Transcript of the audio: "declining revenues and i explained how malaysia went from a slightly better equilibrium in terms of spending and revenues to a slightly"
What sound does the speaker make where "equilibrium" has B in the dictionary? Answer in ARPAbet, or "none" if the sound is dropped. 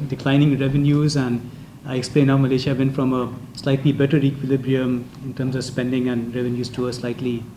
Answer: B